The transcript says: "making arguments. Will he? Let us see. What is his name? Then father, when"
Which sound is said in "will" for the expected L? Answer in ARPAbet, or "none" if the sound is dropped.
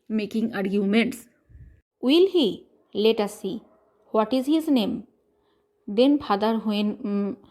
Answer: L